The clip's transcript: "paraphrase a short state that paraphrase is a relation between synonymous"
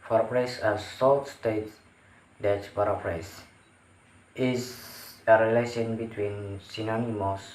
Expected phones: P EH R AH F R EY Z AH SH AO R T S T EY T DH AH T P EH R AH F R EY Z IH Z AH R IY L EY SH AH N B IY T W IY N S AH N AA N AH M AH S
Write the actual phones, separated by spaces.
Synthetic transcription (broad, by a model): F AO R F R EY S AH S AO L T S T EY T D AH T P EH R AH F R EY S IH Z AH R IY L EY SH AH N B IY T W IY N S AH N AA N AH M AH S